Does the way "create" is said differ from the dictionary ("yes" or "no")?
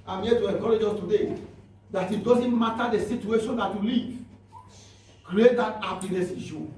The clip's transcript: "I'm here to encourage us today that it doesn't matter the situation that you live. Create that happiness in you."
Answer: no